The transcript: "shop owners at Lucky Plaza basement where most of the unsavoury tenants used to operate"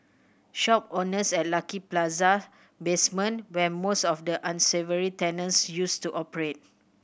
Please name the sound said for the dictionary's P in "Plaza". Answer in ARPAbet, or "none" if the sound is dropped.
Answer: P